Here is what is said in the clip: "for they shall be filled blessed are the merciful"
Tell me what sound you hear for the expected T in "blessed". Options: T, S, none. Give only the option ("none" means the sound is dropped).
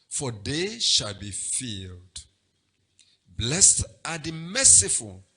T